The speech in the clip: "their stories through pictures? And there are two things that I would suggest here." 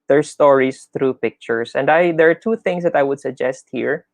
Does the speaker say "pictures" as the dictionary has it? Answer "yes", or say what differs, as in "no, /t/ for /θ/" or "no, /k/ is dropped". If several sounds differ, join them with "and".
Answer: no, /s/ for /z/